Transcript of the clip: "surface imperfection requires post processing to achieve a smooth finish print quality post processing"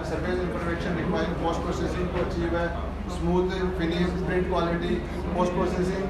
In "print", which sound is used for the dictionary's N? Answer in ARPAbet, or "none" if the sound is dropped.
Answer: none